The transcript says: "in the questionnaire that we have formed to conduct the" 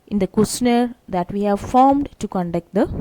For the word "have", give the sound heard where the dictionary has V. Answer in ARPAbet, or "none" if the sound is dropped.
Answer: V